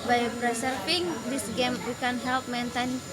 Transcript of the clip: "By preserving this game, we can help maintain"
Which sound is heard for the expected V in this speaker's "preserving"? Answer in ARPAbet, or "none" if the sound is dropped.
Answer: F